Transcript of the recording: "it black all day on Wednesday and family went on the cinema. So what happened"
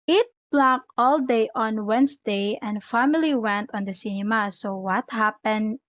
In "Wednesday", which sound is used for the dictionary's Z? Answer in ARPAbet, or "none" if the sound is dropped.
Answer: S